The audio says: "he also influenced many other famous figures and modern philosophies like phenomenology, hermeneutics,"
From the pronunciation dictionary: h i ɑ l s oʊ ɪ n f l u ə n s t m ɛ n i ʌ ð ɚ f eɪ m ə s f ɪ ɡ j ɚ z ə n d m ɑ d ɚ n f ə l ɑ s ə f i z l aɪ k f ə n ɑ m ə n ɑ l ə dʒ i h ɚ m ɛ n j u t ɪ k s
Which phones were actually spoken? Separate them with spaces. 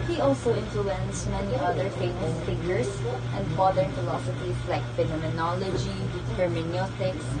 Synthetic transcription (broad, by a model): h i ɑ l s oʊ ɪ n f l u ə n s m ɛ n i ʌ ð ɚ f eɪ m ə s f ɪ ɡ j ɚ s ə n d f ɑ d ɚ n f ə l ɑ s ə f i s l aɪ k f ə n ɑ m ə n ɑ l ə dʒ i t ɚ m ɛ n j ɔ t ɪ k s